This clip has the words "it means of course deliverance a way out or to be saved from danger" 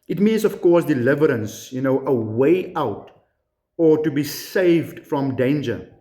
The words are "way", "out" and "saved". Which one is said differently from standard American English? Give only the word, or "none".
none